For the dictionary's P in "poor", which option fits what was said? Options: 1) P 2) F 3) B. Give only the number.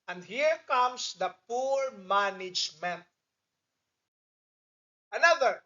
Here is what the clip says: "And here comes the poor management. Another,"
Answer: 1